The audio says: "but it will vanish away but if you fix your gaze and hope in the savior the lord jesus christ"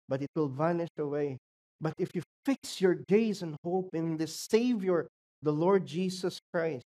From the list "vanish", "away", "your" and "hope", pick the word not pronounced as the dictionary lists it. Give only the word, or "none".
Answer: none